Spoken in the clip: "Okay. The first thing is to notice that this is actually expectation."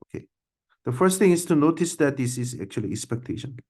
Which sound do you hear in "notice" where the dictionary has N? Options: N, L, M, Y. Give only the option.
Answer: N